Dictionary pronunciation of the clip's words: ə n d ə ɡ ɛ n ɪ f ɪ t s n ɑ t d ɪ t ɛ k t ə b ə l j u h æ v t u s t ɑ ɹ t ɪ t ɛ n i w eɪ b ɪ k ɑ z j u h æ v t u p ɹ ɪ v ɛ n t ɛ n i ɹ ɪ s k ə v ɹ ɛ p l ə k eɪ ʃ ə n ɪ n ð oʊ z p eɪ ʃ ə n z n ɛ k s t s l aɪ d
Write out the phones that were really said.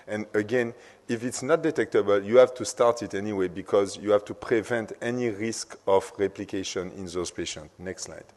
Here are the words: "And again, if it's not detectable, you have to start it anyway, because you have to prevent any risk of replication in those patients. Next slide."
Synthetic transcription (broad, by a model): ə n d ə ɡ ɛ n ɪ f ɪ t s n ɑ t d ɪ t ɛ k t ə b ə l j u h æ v t u s t ɑ ɹ t ɪ t ɛ n i w eɪ b ɪ k ɑ z j u h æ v t u p ɹ ɪ v ɛ n t ɛ n i ɹ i s k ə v ɹ ɛ p l ə k eɪ ʃ ə n ɪ n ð oʊ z p eɪ ʃ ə n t n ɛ k s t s l aɪ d